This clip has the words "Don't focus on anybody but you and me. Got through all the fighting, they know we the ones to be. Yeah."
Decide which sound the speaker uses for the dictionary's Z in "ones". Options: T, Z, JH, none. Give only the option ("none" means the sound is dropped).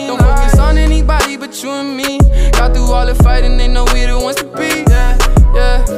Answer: none